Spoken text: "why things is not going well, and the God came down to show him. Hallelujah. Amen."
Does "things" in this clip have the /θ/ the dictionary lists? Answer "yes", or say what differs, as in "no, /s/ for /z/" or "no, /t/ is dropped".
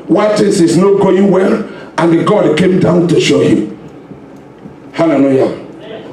no, /t/ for /θ/